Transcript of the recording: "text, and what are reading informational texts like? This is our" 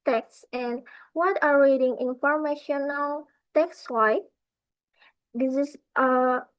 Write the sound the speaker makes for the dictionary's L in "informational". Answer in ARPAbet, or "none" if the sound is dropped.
L